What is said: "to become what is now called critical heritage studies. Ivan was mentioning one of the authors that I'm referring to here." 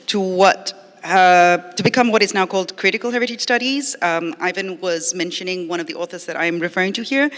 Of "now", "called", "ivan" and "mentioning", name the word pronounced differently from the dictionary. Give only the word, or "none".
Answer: none